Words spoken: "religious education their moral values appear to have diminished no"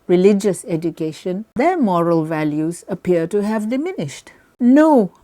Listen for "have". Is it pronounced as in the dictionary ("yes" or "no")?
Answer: yes